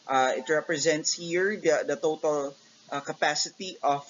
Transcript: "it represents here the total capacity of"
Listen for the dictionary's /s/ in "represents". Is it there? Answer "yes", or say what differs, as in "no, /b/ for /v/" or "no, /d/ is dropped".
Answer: yes